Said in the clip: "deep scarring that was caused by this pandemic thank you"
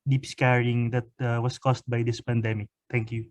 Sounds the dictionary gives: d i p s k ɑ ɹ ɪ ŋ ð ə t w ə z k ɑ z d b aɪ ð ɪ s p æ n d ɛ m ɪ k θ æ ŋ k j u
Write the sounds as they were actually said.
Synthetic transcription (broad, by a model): d i p s k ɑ ɹ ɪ ŋ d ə t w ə s k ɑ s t b aɪ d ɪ s p æ n d ɛ m ɪ k t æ ŋ k j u